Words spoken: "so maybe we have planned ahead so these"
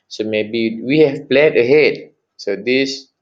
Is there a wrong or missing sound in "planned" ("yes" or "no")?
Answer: yes